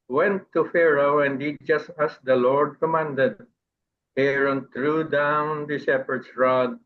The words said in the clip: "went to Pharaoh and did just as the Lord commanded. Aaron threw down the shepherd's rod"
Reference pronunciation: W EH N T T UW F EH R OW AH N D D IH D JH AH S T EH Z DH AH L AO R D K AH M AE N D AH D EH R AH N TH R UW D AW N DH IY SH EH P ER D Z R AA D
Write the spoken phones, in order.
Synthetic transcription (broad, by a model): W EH N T T UW F EH R OW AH N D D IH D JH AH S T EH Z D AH L AO R D K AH M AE N D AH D EH R AH N T R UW D AW N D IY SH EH P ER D S R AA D